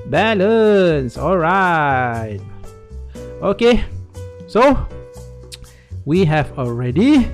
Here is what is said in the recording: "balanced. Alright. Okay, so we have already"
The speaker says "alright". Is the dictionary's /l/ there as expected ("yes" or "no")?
yes